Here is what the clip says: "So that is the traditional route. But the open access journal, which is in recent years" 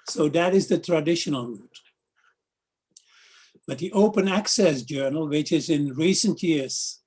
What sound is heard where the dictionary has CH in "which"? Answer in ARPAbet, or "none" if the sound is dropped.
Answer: CH